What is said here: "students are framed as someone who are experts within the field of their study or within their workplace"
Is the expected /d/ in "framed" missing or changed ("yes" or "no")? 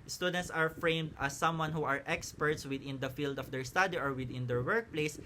no